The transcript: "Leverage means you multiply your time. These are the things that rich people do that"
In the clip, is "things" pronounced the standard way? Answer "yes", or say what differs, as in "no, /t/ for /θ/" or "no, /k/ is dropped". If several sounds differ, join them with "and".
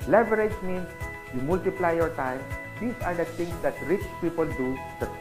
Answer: no, /t/ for /θ/